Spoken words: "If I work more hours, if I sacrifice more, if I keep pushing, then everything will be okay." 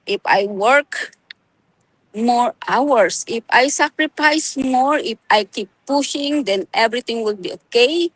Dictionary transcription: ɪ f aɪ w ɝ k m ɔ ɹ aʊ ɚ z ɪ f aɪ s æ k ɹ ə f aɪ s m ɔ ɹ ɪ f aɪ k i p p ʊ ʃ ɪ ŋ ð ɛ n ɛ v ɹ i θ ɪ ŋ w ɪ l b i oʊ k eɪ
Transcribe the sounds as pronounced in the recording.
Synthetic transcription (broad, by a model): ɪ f aɪ w ɝ k m ɔ ɹ aʊ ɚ s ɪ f aɪ s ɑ k ɹ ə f aɪ s m ɔ ɹ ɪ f aɪ k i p p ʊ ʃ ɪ ŋ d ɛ n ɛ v ɹ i t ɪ ŋ w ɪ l b i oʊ k eɪ